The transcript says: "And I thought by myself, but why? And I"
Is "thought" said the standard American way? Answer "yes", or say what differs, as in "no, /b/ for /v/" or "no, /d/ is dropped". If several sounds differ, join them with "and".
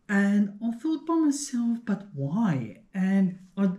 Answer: no, /f/ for /θ/